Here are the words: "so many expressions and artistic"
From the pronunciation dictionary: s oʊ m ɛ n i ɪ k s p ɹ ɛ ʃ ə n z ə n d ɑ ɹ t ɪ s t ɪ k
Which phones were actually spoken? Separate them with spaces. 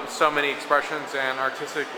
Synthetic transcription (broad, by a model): s oʊ m ɛ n i ɪ k s p ɹ ɛ ʃ ə n z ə n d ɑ ɹ t ɪ s t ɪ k